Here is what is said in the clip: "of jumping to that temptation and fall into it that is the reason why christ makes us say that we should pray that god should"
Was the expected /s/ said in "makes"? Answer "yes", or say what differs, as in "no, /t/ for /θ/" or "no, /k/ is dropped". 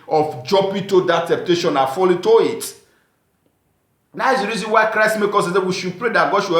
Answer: no, /s/ is dropped